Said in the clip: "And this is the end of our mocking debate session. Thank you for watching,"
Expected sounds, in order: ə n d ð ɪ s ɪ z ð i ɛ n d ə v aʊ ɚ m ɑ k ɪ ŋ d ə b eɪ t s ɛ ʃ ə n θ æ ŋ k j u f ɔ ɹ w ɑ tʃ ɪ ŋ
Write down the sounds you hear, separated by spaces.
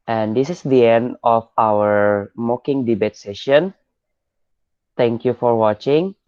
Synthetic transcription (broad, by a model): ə n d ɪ s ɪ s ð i ɛ n d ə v aʊ ɚ m ɑ k ɪ ŋ d ə b eɪ t s ɛ ʃ ə n t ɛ ŋ k j u f ɔ ɹ w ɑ tʃ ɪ ŋ